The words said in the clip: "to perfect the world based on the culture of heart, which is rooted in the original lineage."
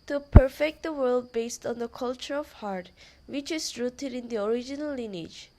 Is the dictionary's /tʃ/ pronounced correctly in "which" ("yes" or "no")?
yes